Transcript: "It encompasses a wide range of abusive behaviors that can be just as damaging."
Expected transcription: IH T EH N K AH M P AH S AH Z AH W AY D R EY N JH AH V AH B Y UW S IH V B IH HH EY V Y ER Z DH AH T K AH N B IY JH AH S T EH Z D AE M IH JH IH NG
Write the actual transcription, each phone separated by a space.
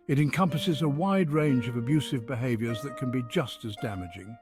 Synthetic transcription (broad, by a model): IH T EH N K AH M P AH S AH Z AH W AY D R EY N JH AH V AH B Y UW S IH V B IH HH EY V Y ER Z DH AH T K AH N B IY JH AH S T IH Z D AE M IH JH IH NG